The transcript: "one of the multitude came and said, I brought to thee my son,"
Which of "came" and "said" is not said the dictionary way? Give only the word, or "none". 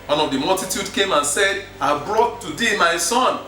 none